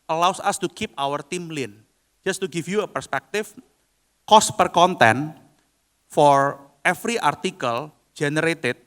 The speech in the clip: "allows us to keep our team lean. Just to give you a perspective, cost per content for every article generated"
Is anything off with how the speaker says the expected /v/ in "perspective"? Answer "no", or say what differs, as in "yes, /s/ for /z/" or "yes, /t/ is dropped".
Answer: yes, /f/ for /v/